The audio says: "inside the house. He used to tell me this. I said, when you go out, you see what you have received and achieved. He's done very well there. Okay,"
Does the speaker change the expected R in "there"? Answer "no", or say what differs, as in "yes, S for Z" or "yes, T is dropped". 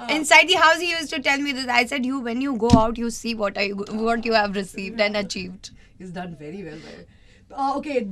yes, L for R